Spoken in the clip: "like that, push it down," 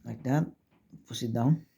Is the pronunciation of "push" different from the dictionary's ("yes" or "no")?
yes